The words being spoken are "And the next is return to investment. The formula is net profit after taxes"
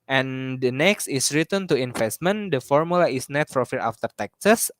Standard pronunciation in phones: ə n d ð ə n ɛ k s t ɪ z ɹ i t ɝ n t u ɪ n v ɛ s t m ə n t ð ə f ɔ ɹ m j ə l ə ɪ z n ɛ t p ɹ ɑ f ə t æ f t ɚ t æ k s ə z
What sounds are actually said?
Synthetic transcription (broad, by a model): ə n d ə n ɛ k s t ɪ s ɹ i t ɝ n t u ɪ n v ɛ s t m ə n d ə f ɔ ɹ m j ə l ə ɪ s n ɛ t f ɹ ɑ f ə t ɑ f t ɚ t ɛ k s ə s